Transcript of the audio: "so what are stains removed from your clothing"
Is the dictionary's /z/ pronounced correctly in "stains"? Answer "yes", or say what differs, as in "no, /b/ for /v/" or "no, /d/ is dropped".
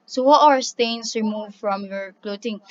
no, /s/ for /z/